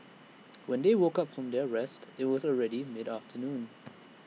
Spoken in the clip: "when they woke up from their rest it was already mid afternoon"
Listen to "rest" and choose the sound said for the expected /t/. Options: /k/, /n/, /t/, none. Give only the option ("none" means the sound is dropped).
/t/